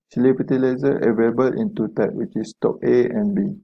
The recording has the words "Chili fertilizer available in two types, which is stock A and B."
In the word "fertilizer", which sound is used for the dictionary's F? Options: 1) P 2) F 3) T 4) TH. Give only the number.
1